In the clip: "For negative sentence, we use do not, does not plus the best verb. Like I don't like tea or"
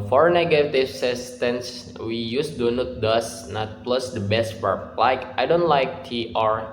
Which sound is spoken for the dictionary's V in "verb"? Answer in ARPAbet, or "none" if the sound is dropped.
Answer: F